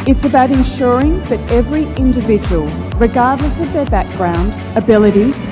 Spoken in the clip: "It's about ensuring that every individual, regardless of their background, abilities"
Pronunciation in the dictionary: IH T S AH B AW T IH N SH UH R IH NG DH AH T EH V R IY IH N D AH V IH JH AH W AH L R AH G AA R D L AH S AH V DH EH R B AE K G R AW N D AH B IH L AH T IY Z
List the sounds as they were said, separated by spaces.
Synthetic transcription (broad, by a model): IH T S AH B AW T IH N SH UH R IH NG DH AH T EH V R IY IH N D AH V IH JH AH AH L R AH G AA R D L AH S AH V DH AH R B AE K G R AW N D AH B IH L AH T IY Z